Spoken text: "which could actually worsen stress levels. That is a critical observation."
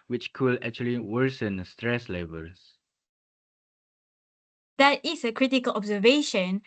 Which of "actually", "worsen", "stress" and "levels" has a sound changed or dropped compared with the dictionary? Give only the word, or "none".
levels